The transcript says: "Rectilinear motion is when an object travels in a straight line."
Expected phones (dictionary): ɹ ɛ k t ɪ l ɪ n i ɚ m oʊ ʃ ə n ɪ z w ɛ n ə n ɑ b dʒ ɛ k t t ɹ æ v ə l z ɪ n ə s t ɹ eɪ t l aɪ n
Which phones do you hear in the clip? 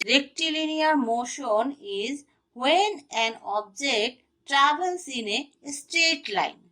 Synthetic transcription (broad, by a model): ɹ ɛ k t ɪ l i n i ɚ m oʊ ʃ ə n ɪ z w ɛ n ə n ɑ b dʒ ɛ k t t ɹ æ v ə l s ɪ n ə s t eɪ t l aɪ n